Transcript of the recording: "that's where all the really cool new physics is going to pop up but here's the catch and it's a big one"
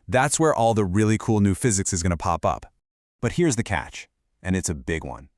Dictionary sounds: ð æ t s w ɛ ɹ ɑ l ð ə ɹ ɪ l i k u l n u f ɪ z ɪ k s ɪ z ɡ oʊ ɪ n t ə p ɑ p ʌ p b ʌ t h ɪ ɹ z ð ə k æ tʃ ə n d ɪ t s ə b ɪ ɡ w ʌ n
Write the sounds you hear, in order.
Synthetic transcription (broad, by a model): ð æ t s w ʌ ɹ ɑ l ð ə ɹ ɪ l i k u l n u f ɪ z ɪ k s ɪ z ɡ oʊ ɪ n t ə p ɑ p ʌ p b ʌ t h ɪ ɹ z ð ə k æ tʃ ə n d ɪ t s ə b ɪ ɡ w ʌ n